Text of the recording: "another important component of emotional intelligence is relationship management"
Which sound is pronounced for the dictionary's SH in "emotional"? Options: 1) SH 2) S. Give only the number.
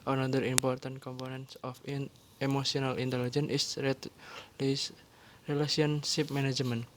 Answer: 2